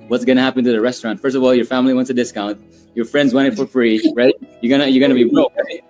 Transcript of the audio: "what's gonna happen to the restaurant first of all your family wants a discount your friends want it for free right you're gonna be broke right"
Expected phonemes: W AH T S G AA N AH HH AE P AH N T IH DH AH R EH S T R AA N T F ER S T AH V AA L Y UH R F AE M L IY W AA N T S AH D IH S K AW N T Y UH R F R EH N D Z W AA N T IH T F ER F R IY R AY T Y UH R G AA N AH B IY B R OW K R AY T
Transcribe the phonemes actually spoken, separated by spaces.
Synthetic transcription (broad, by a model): W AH T S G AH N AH HH AE P AH N T IH DH AH R EH S T R AA N T F ER S T AH V AA L Y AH R F AE M L IY W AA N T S AH D IH S K AW N T Y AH R F R EH N D Z W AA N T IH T F ER F R IY R AY T Y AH R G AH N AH B IY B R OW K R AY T